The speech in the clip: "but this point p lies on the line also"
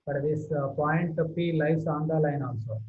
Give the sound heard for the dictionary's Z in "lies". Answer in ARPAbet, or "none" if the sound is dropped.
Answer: S